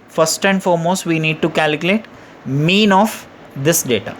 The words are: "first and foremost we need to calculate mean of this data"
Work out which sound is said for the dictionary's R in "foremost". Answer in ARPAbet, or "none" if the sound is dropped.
R